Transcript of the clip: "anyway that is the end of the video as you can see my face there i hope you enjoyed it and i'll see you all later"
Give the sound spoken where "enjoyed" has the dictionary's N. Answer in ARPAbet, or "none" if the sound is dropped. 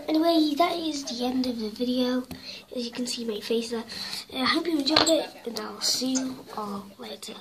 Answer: none